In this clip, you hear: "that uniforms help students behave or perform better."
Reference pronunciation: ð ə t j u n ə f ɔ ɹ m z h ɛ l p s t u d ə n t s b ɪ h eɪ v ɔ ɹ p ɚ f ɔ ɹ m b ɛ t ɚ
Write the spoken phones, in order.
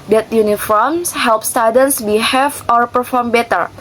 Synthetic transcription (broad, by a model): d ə t j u n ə f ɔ ɹ m s h ɛ l p s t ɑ d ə n s b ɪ h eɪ f ɔ ɹ p ɚ f ɔ ɹ m b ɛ t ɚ